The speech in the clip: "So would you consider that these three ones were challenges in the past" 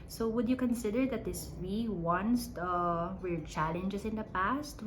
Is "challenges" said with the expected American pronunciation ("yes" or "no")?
no